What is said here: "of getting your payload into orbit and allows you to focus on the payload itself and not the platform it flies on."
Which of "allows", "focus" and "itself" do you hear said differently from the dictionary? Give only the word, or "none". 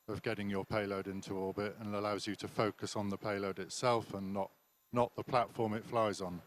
none